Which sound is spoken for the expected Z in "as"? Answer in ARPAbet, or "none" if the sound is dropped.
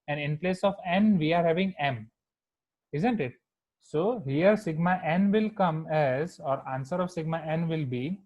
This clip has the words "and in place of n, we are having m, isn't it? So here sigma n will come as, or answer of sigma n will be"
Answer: Z